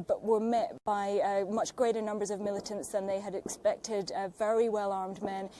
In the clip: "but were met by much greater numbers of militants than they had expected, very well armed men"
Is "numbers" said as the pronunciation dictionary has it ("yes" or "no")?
yes